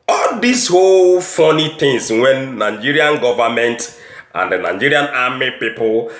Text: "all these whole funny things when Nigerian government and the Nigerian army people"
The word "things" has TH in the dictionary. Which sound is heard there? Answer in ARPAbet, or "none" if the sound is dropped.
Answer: T